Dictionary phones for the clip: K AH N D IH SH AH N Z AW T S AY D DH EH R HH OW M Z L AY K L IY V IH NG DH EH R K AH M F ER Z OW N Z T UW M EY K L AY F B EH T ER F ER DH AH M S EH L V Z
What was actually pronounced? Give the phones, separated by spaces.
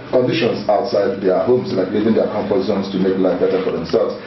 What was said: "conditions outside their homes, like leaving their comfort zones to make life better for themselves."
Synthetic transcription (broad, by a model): K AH N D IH SH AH N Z AW T S AY D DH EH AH HH OW M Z L AY K L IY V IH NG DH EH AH K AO M P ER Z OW N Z T UW M EY K L AY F B EH T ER F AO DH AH M S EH L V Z